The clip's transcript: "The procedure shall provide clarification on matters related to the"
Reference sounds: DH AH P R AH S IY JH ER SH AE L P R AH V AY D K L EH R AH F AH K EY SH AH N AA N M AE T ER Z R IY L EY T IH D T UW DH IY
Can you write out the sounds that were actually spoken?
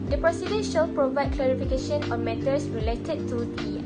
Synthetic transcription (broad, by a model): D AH P R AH S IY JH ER SH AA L P R AH V AY D K L EH R AH F AH K EY SH AH N AA N M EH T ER S R IY L EY T IH D T UW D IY